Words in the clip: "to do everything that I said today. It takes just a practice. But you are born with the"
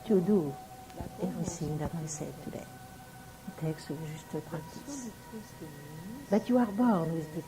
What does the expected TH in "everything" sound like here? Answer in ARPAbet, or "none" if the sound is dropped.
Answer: S